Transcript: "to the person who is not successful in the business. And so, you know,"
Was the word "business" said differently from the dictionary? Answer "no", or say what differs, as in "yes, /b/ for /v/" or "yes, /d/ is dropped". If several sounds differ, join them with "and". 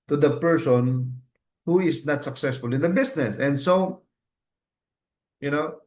yes, /s/ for /z/